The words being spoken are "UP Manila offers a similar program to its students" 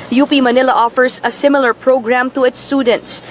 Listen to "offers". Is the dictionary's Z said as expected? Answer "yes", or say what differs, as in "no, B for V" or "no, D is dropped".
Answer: no, S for Z